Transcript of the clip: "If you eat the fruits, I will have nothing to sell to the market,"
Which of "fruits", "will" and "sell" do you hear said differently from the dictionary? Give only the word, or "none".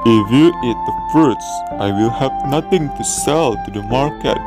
fruits